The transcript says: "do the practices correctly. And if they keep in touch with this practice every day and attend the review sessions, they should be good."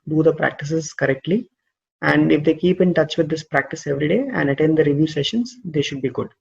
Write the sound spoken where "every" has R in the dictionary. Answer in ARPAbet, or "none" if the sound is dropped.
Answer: R